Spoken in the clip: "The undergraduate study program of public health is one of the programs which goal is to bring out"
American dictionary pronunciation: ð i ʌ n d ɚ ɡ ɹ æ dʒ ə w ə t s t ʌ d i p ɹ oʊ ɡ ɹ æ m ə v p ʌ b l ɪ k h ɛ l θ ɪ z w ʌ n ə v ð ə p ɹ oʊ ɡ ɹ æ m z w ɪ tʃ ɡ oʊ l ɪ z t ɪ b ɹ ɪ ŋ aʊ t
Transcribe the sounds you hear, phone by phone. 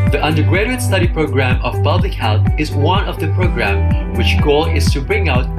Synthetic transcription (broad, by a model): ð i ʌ n d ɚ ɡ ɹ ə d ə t s t ʌ d i p ɹ oʊ ɡ ɹ æ m ə v p ʌ b l ɪ k h ɛ l θ ɪ z w ʌ n ə v ð ə p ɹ oʊ ɡ ɹ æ m w ɪ tʃ ɡ oʊ l ɪ z t ɪ b ɹ ɪ ŋ aʊ t